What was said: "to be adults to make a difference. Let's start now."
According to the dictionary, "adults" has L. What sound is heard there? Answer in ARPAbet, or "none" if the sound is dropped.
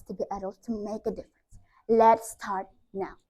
none